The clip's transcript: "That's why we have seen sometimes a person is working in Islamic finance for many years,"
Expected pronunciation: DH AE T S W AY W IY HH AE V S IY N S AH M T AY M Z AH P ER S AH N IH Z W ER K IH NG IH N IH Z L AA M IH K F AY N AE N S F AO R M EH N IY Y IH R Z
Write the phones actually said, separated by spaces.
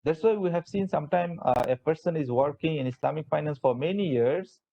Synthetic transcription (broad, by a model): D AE T S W AY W IY HH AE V S IY N S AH M T AY M AH P ER S AH N IH Z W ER K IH NG IH N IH S L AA M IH K F AY N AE N S F AO R M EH N IY Y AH R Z